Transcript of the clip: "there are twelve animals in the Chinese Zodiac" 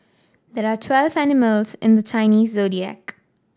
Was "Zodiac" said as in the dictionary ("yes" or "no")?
yes